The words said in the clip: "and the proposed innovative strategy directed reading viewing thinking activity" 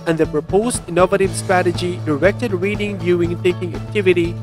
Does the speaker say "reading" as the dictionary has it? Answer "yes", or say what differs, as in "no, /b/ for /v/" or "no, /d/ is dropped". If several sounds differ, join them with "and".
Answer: yes